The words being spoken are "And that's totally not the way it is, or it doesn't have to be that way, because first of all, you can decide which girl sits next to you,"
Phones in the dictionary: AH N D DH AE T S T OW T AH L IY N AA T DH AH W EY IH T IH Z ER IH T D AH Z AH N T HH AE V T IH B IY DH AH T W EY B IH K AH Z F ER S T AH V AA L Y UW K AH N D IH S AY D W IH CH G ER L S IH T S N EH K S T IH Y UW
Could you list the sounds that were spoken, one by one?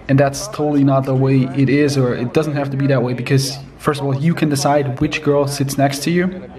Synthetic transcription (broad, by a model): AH N DH AE T S T OW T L IY N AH T DH AH W EY IH T IH Z ER IH T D AH Z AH N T HH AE F T IH B IY DH AH T W EY B IH K AH Z F ER S T AH V AA L Y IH K AH N D IH S AY D W IH CH G ER L S IH T S N EH K S T IH Y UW